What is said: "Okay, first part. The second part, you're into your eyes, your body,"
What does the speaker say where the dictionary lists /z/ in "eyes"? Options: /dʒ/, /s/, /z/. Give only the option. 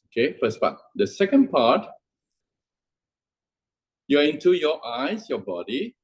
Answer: /s/